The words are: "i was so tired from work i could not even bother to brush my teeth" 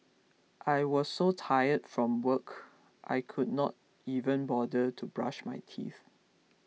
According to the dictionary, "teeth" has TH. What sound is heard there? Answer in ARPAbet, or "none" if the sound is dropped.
TH